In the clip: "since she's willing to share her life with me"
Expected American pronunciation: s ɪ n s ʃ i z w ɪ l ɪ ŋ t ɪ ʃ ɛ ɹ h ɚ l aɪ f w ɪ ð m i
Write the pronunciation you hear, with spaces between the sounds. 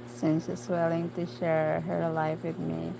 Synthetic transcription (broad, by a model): s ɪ n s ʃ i s w ɪ l ɪ ŋ t ɪ ʃ ɛ ɹ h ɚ l aɪ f w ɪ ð m i